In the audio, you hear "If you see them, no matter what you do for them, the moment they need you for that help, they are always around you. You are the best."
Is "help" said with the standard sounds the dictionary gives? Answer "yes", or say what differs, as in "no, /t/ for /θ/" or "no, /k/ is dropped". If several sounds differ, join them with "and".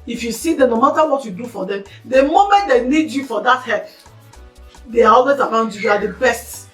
no, /l/ is dropped